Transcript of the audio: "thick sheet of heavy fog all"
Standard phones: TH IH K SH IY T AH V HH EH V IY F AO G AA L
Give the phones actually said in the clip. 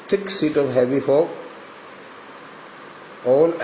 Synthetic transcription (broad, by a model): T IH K S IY T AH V HH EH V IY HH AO AA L